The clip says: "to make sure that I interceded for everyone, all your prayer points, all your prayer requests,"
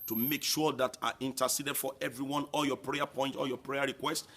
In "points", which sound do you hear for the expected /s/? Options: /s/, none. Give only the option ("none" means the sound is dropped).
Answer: none